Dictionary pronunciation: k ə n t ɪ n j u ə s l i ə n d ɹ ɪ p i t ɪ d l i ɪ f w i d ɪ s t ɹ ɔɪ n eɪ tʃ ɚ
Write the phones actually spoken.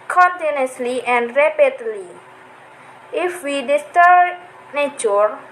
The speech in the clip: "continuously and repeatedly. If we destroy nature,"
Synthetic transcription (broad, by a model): k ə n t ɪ n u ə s l i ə n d ɹ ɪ p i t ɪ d l i ɪ f w i d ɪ s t ɔɪ n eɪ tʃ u